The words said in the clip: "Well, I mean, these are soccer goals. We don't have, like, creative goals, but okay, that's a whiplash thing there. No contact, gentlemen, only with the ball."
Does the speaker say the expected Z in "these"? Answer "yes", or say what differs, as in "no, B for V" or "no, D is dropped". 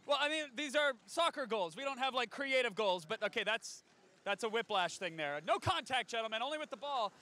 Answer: yes